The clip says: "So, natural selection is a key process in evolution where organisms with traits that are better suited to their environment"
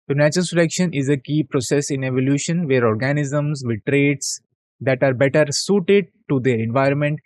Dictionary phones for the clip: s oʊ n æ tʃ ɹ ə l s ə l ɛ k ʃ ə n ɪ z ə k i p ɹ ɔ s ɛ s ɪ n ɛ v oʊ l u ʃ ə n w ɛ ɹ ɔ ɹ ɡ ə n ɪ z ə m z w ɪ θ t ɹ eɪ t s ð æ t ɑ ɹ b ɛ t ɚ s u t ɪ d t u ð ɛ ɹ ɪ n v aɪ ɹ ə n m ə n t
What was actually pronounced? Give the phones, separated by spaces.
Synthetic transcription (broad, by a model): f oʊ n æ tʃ ə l s ə l ɛ k ʃ ə n ɪ z ə k i p ɹ ɔ s ɛ s ɪ n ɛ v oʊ l u ʃ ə n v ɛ ɹ ɔ ɹ ɡ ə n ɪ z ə m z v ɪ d t ɹ eɪ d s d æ t ɑ ɹ b ɛ t ɚ s u t ɪ d t u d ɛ ɹ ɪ n v aɪ ɹ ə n m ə n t